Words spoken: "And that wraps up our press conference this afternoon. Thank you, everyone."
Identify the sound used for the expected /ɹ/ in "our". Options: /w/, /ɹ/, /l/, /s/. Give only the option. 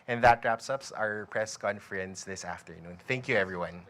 /ɹ/